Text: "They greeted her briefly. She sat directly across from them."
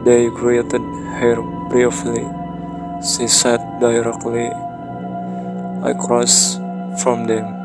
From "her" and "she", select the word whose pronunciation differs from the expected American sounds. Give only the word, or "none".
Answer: she